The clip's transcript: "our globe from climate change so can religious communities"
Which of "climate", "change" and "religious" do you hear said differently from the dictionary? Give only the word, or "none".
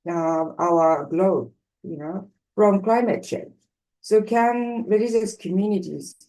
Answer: religious